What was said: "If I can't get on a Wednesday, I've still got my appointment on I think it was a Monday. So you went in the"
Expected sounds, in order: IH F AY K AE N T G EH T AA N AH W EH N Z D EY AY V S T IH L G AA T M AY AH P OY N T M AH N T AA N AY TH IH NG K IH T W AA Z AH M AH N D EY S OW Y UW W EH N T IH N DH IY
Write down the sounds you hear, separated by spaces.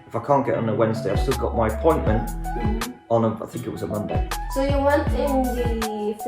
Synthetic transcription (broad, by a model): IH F AY K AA N G EH T N AH W EH N Z D EY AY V S T IH L G AA T M AY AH P OY N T M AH N T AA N AY TH IH NG K IH T W AA Z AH M AH N D EY S OW Y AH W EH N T IH N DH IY